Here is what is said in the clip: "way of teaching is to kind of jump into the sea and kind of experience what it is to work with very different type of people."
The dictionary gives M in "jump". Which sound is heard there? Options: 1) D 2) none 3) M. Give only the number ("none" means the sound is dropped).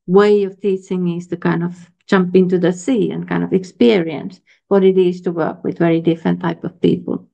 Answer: 3